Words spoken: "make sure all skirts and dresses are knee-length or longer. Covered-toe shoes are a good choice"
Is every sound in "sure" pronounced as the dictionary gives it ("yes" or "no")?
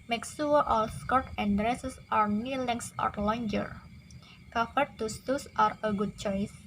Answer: no